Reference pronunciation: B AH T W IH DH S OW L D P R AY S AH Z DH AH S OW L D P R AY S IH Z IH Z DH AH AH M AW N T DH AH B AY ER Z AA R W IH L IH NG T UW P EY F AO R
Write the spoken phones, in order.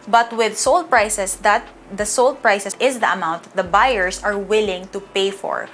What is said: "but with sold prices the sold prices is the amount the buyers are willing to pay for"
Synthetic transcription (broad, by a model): B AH T W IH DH S OW L D P R AY S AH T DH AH S OW L D P R AY S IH S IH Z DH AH AH M AW N T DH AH B AY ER S AA R W IH L IH NG T UW P EY F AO R